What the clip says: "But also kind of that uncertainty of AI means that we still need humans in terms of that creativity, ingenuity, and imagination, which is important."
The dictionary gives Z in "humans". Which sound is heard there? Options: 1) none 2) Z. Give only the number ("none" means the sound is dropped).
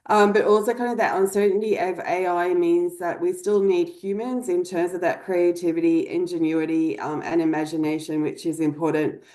2